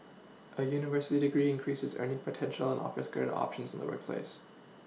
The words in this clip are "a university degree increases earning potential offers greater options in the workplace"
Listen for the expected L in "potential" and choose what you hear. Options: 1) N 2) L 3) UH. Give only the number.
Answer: 1